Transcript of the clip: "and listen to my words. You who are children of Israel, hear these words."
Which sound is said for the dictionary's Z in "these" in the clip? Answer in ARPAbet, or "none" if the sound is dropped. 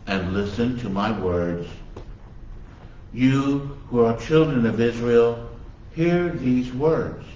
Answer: Z